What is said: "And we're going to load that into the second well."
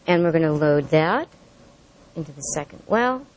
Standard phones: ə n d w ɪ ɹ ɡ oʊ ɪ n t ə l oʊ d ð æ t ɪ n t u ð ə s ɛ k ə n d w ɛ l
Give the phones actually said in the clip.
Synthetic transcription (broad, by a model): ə n w ɪ ɹ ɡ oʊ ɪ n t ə l oʊ d ð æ t ɪ n t u ð ə s ɛ k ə n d w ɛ l